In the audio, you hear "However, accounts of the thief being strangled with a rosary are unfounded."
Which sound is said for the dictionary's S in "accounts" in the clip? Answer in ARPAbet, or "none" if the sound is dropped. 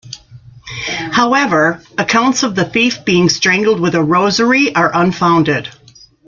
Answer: S